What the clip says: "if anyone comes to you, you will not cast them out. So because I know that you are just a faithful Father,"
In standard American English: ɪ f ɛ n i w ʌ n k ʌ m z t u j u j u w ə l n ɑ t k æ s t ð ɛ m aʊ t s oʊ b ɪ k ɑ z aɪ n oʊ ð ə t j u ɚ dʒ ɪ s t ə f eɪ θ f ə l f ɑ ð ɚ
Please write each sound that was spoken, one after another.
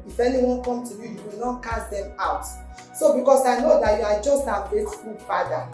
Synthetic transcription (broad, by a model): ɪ f ɛ n i w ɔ n k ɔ m t u j u j u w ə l n ɑ t k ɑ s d ɛ m aʊ t s oʊ b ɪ k ɑ s aɪ n oʊ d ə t j u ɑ dʒ ɪ s t ə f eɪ t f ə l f ɑ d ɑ